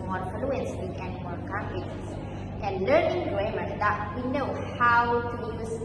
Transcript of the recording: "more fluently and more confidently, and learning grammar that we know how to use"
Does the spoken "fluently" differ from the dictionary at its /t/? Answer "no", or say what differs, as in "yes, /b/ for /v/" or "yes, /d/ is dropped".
yes, /s/ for /t/